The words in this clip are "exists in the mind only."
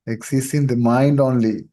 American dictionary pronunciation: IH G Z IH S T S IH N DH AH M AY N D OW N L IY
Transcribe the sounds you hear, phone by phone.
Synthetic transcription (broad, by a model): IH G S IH S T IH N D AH M AY N D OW N L IY